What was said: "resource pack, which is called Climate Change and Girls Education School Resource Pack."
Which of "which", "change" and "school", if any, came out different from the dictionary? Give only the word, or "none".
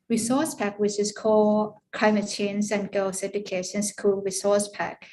change